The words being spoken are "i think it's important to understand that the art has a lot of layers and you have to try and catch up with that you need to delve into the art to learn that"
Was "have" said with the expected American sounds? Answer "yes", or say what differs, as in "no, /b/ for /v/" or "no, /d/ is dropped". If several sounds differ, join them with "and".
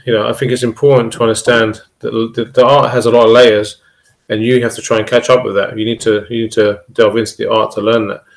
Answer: no, /f/ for /v/